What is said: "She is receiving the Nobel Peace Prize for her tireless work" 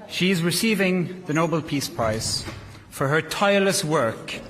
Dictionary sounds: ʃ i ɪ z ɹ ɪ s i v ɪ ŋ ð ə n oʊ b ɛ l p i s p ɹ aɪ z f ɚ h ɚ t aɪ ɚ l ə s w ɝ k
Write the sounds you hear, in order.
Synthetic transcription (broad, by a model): ʃ i ɪ z ɹ ɪ s i v ɪ ŋ ð ə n oʊ b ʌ l p i s p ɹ aɪ s f ɚ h ɚ t aɪ ɚ l ə s w ɝ k